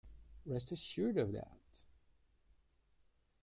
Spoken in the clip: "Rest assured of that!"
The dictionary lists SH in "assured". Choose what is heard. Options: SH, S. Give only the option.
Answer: SH